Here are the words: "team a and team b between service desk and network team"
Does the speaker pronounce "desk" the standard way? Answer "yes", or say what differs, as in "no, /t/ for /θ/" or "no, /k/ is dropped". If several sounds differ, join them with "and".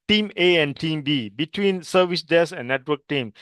no, /k/ is dropped